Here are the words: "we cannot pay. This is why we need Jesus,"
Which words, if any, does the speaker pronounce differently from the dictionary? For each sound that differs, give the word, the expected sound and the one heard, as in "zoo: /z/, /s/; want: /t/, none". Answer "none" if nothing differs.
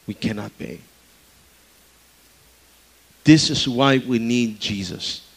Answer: pay: /p/, /b/